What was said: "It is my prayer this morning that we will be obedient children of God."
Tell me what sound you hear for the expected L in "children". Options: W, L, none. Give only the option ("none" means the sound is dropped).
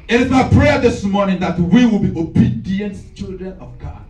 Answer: L